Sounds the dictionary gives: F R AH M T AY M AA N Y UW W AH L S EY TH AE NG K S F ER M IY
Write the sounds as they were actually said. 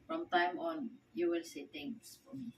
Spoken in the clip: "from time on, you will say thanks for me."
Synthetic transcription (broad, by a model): F R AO M T AY M AA N Y UW W AH L S EY T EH NG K S F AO M IY